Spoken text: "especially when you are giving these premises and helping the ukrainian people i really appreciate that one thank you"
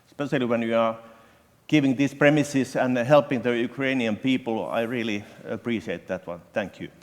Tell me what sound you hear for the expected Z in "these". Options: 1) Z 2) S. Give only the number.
2